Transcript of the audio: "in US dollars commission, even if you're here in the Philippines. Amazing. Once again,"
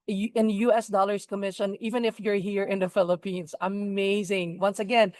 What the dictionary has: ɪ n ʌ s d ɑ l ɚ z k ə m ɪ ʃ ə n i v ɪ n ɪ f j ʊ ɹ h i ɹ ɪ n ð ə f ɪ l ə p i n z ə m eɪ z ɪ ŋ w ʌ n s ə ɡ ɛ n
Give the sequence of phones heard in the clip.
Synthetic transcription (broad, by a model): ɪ n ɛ s d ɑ l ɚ s k ə m ɪ ʃ ə n i v ɪ n ɪ f j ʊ ɹ h i ɹ ɪ n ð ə f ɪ l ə p i n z ə m eɪ z ɪ ŋ w ʌ n s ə ɡ ɛ n